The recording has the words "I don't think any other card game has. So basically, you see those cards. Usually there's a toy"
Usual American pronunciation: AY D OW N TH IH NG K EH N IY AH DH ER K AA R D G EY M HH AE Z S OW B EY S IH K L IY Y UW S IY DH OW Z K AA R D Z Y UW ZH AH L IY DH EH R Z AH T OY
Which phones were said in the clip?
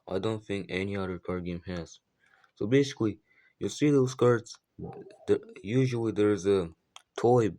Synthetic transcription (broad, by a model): AY D OW N TH IH NG K EH N IY AH DH ER K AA R G EY M HH AE Z S OW B EY S IH K L IY Y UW S IY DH OW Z K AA R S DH Y UW ZH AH L IY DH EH R Z AH T OY